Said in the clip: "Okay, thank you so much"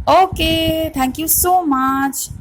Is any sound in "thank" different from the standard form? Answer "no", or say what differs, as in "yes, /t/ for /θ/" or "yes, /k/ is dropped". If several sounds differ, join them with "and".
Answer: yes, /t/ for /θ/